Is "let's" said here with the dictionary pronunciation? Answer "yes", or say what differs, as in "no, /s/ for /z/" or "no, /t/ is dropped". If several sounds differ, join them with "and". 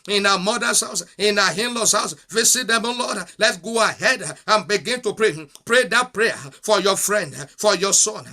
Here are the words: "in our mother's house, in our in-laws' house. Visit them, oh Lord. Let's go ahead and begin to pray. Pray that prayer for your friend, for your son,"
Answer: no, /s/ is dropped